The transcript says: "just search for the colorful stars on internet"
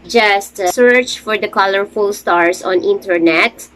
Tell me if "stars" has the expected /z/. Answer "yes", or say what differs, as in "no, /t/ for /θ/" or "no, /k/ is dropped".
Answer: no, /s/ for /z/